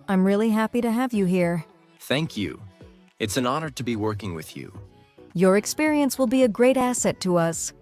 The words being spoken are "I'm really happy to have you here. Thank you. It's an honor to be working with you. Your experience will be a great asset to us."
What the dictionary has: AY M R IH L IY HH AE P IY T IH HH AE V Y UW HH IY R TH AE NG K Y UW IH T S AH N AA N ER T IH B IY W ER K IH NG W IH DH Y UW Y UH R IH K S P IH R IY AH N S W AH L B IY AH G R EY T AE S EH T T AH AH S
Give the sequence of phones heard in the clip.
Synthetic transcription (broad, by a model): AY M R IH L IY HH AE P IY T IH HH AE V Y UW HH IY R TH AE NG K Y UW IH T S AH N AA N ER T IH B IY W ER K IH NG W IH DH Y UW Y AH R IH K S P IH R IY AH N S W AH L B IY AH G R EY T AE S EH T T AH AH S